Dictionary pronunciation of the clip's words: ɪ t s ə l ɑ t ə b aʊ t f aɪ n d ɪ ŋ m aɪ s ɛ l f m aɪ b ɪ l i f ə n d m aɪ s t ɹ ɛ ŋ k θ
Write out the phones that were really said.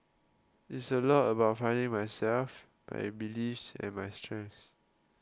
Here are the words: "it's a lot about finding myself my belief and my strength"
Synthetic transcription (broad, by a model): ɪ t s ə l ɑ t ə b aʊ t f aɪ n d ɪ ŋ m aɪ s ɛ l f m aɪ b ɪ l i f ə n m aɪ s t ɹ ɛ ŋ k s